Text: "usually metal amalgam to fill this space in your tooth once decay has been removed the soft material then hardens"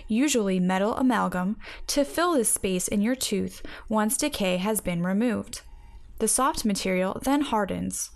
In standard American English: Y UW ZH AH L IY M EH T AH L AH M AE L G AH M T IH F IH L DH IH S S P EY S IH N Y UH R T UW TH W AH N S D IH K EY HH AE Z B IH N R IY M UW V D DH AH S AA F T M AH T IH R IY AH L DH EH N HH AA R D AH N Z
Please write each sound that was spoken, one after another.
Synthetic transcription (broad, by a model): Y UW ZH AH L IY M EH T L AH M AE L G AH M T IH F IH L DH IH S S P EY S IH N Y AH R T UW TH W AH N S D IH K EY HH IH Z B IH N R IY M UW V D DH AH S AA F T M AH T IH R IY L DH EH N HH AA R D N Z